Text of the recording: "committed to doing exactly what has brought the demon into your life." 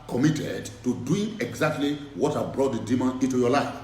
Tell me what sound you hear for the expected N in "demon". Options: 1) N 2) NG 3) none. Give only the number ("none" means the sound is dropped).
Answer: 3